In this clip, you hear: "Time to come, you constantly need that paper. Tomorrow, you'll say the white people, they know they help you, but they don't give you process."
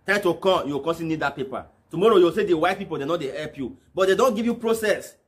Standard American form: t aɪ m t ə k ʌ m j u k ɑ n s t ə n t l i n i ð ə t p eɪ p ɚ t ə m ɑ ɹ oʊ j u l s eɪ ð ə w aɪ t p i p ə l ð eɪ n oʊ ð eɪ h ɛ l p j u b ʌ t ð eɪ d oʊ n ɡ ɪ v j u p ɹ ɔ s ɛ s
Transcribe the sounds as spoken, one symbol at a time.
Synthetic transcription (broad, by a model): t aɪ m t ə k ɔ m j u k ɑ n s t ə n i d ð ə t p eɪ p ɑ t ə m ɑ ɹ oʊ j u w s eɪ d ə w aɪ t p i p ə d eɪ n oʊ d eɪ h ɛ l p j u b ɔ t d eɪ d oʊ n ɡ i v j u p ɹ ɔ s ɛ s